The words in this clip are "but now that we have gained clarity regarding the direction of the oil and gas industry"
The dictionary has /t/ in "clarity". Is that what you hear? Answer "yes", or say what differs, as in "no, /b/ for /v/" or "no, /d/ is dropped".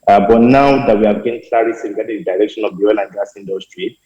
no, /s/ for /t/